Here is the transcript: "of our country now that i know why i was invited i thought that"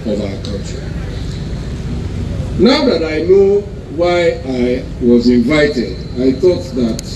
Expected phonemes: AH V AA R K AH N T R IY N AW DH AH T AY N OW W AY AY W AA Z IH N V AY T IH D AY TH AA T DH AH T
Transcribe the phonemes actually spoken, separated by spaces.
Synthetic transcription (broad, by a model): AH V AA K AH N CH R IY N AW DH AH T AY N OW W AY AY W AA Z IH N V AY T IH D AY TH AA T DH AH T